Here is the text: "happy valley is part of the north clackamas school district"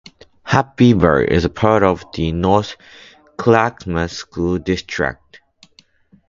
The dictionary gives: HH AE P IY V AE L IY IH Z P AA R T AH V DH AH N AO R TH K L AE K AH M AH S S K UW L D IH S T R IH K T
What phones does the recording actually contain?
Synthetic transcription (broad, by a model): HH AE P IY B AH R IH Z P AA R T AH V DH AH N AO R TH K L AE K M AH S S K UW L D IH S T R IH K T